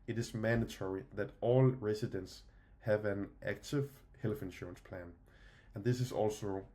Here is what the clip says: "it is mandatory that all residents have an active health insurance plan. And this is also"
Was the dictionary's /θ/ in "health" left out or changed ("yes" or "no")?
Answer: yes